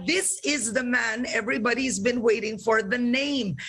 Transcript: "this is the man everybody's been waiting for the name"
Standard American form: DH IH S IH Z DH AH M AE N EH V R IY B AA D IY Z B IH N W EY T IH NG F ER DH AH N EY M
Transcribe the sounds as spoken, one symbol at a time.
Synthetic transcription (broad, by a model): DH IH S IH Z DH AH M AE N EH V R IY B AA D IY Z B IH N W EY T IH NG F ER DH AH N EY M